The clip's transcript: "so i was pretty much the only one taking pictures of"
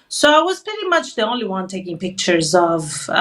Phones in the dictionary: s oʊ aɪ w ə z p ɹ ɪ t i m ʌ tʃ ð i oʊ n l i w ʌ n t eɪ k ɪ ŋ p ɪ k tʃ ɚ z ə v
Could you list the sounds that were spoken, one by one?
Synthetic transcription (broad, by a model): s oʊ aɪ w ə z p ɹ ɪ t i m ʌ tʃ ð i oʊ n l i w ʌ n t eɪ k ɪ ŋ p ɪ k tʃ ɚ z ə v